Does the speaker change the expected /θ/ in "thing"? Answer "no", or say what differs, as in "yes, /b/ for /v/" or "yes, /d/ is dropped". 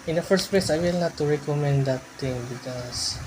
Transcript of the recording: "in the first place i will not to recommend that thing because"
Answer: yes, /t/ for /θ/